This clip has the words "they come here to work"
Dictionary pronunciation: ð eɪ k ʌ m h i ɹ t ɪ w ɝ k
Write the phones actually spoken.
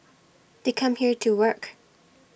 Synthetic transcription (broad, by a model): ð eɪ k ʌ m h i ɹ t ɪ w ɝ k